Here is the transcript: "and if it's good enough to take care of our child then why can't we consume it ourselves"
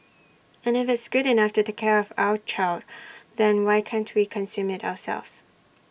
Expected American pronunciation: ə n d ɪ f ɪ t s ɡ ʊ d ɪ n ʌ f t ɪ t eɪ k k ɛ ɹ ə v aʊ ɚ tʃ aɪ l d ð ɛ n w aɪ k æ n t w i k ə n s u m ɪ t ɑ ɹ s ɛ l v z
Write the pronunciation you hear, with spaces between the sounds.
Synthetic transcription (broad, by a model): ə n ɪ f ɪ t s ɡ ʊ d ɪ n ʌ f t ɪ t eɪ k k ɛ ɹ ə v aʊ ɚ tʃ aɪ l d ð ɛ n w aɪ k æ n t w i k ə n s u m ɪ t ɑ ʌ s ɛ l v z